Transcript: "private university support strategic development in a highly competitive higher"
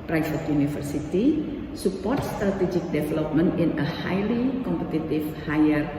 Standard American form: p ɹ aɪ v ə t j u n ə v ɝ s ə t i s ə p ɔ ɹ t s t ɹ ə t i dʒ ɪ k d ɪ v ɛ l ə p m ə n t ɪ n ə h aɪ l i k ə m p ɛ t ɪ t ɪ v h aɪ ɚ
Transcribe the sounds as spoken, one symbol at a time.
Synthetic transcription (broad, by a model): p ɹ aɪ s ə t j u n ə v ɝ s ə t i s ə p ɔ ɹ t s t ɹ ə t i dʒ ɪ k d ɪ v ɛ l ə p m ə n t ɪ n ə h aɪ l i k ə m p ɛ t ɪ t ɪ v h aɪ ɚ